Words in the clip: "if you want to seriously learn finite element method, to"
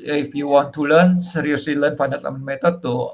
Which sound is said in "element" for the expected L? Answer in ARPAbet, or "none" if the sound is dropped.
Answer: none